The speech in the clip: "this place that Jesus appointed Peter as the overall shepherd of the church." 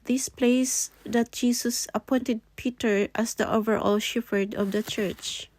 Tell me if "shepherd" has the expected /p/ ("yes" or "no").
no